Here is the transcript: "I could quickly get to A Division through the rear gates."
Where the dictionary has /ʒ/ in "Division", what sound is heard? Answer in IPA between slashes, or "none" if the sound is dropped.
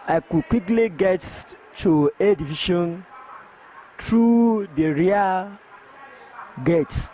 /ʃ/